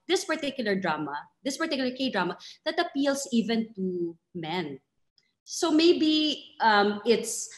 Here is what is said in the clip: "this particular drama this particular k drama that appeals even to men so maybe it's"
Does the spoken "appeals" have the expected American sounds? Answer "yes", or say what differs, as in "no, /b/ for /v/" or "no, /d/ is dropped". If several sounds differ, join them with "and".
no, /s/ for /z/